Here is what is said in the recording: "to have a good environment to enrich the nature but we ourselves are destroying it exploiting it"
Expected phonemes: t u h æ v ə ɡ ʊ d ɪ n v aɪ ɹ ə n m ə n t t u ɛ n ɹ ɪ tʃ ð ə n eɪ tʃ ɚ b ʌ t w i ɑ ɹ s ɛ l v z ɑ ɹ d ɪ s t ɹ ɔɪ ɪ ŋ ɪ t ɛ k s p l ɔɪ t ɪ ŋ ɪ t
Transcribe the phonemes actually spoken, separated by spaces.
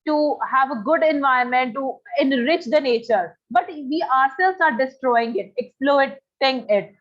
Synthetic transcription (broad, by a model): t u h æ v ə ɡ ʊ d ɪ n v aɪ ə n m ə n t t u ɛ n ɹ ɪ tʃ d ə n eɪ tʃ ɚ b ʌ t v i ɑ ɹ s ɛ l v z ɑ ɹ d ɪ s t ɹ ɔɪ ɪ ŋ ɪ t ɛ k s p l ɔɪ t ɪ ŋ ɪ t